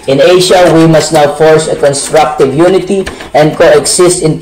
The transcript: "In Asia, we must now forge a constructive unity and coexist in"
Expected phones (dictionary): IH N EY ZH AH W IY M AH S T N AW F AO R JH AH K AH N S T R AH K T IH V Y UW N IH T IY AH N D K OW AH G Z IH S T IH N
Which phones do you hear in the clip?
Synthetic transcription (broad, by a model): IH N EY SH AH W IY M AH S T N AW F AO R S AH K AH N S T R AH K T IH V Y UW N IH T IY AH N D K OW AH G S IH S T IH N